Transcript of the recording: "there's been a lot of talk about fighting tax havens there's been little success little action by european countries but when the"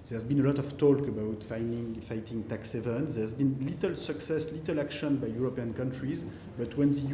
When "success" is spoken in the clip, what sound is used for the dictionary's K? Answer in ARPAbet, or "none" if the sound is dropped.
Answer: K